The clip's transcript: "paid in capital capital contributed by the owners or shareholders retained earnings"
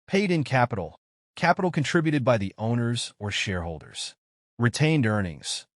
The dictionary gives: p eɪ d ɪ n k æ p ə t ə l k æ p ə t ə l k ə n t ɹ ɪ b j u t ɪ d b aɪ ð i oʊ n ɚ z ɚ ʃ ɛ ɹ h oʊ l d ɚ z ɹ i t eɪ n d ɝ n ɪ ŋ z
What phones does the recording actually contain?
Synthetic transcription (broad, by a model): p eɪ d ɪ n k æ p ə t l k æ p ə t l k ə n t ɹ ɪ b j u t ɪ d b aɪ ð i oʊ n ɚ z ɚ ʃ ɛ ɹ h oʊ l d ɚ z ɹ i t eɪ n d ɝ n ɪ ŋ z